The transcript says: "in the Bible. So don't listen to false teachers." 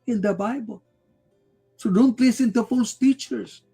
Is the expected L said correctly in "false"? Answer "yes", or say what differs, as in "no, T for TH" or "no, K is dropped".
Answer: no, L is dropped